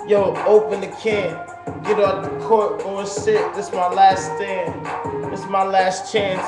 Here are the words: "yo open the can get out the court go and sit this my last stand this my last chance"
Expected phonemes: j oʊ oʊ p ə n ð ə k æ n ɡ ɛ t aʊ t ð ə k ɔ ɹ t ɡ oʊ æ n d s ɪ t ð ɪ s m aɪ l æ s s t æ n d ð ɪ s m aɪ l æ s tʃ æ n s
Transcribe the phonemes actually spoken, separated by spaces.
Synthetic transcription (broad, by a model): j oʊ oʊ p ə n ð ə k æ n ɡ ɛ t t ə k ɔ ɹ t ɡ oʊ s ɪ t ð ɪ s m aɪ l æ s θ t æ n ð ɪ s m aɪ l æ s tʃ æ n s